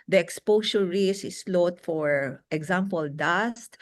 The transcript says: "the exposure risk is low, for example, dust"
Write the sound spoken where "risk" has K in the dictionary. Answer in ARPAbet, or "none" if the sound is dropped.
none